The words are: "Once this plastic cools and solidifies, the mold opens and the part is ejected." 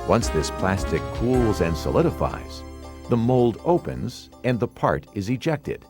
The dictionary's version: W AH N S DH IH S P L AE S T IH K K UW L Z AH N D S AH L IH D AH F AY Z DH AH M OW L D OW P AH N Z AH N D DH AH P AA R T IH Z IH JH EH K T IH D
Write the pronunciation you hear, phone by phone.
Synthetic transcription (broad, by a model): W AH N S DH IH S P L AE S T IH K K UW L Z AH N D S AH L IH D AH F AY Z DH AH M OW L D OW P AH N Z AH N DH AH P AA R T IH Z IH JH EH K T IH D